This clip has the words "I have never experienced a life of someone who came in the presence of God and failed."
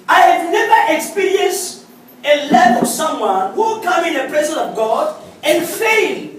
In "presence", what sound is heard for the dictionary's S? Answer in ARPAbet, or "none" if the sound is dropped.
none